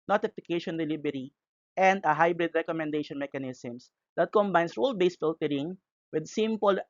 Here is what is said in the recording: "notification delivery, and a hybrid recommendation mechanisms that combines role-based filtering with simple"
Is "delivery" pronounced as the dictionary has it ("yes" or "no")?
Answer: no